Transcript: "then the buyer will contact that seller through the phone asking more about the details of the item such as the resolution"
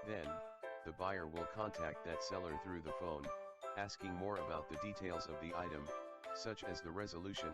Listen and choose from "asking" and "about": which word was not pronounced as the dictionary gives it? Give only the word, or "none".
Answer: none